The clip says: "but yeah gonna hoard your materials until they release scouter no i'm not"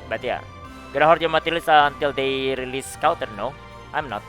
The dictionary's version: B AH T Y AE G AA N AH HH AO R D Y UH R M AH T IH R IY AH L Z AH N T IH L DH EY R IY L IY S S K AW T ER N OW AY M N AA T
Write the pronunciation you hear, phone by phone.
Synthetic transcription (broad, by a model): B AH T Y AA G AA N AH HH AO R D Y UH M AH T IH L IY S AH N T IH L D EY R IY L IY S S K AW T ER N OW AY M N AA T